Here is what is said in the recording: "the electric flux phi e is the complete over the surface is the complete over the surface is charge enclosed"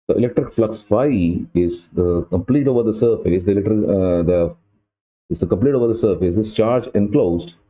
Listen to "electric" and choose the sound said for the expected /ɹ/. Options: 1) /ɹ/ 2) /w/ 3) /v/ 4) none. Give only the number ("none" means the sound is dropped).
1